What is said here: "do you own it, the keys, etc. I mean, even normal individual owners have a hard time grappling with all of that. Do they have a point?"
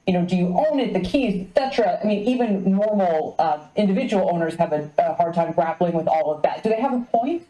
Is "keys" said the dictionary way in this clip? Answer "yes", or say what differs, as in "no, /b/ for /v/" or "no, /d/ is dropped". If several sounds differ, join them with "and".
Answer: yes